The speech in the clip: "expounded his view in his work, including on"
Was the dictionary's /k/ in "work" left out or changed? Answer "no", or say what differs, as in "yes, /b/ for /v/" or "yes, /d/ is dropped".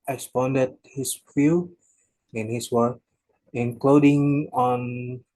yes, /k/ is dropped